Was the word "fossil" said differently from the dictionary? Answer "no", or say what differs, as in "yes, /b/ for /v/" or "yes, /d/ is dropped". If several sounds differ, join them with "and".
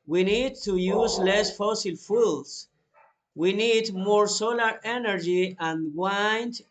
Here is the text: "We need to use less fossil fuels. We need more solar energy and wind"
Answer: no